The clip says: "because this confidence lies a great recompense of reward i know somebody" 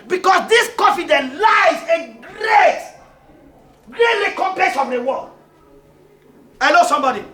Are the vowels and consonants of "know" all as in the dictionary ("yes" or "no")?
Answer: no